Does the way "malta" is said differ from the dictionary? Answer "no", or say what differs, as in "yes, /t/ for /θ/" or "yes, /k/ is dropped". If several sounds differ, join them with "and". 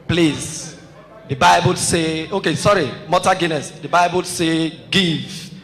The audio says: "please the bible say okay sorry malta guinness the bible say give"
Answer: yes, /l/ is dropped